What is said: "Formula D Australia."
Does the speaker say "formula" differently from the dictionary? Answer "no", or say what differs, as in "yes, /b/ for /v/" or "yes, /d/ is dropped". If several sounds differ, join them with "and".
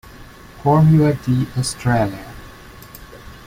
yes, /l/ is dropped